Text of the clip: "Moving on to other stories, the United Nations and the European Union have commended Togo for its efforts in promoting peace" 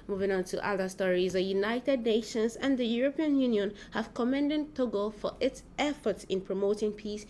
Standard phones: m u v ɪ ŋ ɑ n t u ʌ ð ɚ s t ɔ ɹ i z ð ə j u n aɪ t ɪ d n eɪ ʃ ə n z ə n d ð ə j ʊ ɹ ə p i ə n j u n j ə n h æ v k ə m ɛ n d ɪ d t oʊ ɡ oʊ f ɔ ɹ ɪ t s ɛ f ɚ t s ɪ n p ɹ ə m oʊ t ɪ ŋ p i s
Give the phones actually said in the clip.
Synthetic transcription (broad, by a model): m u v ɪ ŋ ɑ n t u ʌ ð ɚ s t ɔ ɹ i z ð ə j u n aɪ t ɪ d n eɪ ʃ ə n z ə n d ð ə j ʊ ɹ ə p i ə n j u n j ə n h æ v k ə m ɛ n d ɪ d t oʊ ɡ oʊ f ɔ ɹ ɪ t s ɛ f ɚ t s ɪ n p ɹ ə m oʊ t ɪ ŋ p i s